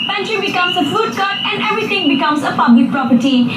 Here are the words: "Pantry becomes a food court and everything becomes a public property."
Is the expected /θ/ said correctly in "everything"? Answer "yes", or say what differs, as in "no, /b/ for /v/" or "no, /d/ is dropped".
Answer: no, /t/ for /θ/